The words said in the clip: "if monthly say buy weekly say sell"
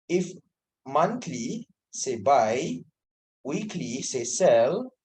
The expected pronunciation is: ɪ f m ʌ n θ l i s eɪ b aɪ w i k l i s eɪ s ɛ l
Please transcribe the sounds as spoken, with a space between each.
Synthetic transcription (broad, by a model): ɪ f m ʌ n t l i s eɪ b aɪ w i k l i s eɪ s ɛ l